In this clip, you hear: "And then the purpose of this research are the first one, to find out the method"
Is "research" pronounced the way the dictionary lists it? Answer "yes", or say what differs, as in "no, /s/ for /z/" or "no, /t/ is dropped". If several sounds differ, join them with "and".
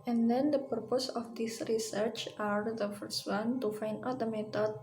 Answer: yes